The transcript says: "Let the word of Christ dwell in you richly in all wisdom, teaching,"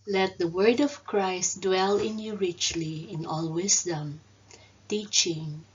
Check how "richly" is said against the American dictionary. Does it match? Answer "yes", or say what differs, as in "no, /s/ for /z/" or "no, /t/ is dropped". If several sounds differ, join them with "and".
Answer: yes